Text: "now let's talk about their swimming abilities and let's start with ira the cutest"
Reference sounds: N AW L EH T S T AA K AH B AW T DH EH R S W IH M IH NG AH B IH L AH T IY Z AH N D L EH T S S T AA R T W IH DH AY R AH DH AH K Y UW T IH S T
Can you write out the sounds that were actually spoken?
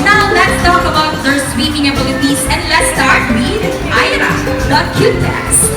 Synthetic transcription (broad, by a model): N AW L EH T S T AA K AH B AW T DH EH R S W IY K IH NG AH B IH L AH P IY S AH N D L EH T S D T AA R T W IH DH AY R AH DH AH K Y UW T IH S